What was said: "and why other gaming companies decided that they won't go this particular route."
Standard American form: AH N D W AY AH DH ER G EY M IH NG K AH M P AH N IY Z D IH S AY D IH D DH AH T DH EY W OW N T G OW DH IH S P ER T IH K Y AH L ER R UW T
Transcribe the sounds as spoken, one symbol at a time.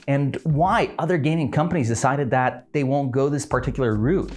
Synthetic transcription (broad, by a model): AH N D W AY AH DH ER G EY M IH NG K AH M P AH N IY Z D IH S AY D IH D DH AH T DH EY W OW N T G OW DH IH S P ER T IH K Y L ER R UW T